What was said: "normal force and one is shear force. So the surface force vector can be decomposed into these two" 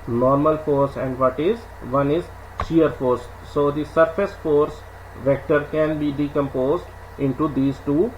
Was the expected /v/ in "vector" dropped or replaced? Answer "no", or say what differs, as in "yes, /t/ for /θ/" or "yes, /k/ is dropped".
no